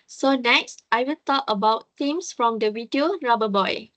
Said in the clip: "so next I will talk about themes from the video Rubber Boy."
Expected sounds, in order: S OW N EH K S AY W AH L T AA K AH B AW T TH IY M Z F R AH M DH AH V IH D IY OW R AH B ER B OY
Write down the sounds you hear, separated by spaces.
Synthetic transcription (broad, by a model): S OW N EH K S AY W AH L T AA K AH B AW T T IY M S F R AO M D AH W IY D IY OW R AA B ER B OY